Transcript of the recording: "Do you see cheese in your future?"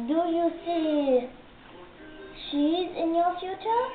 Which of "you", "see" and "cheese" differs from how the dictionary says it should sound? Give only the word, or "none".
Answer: cheese